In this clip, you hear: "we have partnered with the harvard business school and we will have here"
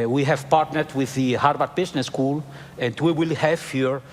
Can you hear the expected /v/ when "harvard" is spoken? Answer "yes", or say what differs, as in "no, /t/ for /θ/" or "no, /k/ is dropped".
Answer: no, /b/ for /v/